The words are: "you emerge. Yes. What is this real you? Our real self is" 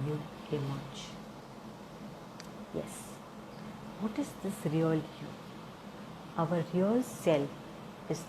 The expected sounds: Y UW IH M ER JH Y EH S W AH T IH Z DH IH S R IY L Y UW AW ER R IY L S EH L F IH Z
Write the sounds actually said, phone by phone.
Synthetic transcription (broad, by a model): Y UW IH M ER CH Y EH S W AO T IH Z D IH S R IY L Y UW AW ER R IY L S EH L F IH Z